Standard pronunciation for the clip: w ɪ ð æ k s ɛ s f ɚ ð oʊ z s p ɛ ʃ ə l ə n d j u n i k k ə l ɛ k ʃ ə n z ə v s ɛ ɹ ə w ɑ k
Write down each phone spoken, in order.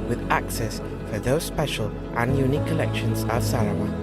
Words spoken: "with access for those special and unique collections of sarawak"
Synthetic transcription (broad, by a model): w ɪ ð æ k s ɛ s f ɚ ð oʊ z s p ɛ ʃ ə l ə n j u n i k k ə l ɛ k ʃ ə n z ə s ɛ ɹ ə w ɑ